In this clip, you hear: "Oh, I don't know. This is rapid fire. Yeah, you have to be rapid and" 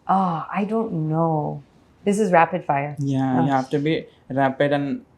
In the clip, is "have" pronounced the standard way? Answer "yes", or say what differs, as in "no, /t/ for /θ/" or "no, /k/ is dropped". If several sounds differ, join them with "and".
no, /f/ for /v/